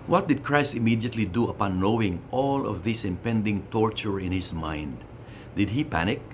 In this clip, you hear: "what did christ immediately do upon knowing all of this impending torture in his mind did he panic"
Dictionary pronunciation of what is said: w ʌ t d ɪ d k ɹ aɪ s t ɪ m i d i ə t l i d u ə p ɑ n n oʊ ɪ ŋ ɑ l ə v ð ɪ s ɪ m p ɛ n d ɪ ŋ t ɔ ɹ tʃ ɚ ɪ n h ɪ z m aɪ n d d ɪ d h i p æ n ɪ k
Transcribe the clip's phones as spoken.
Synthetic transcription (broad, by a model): w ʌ t d ɪ d k ɹ aɪ s t ɪ m i d i ə t l i d u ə p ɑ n n oʊ ɪ ŋ ɑ l ə v ð ɪ s ɪ m p ɛ n d ɪ ŋ t ɔ ɹ tʃ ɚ ɪ n h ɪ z m aɪ n d d ɪ d h i p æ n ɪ k